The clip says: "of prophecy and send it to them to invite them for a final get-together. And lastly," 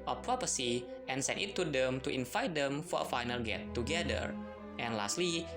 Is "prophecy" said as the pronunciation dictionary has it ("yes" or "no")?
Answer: no